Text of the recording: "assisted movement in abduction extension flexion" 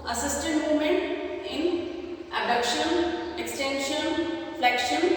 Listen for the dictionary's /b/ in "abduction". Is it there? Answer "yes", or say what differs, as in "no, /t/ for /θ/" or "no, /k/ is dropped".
no, /b/ is dropped